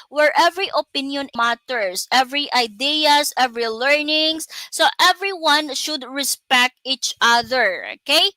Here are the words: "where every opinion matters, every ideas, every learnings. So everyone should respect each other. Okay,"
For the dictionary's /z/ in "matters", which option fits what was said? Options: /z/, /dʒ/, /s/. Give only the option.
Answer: /s/